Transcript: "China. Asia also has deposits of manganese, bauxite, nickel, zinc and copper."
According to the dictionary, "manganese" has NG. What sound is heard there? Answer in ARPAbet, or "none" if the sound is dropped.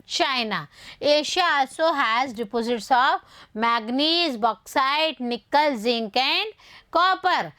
none